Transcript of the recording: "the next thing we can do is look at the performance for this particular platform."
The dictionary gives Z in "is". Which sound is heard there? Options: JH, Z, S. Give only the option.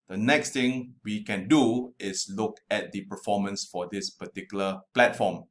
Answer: S